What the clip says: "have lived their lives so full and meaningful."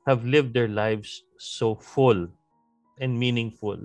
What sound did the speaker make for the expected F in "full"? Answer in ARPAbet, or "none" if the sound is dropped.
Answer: F